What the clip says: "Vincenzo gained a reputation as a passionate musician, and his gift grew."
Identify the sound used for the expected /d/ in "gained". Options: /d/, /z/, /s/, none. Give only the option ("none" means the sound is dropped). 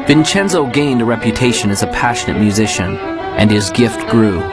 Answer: /d/